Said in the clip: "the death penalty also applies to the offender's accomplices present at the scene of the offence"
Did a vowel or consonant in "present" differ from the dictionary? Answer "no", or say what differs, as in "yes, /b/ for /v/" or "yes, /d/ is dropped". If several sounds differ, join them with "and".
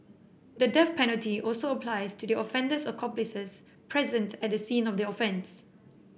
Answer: no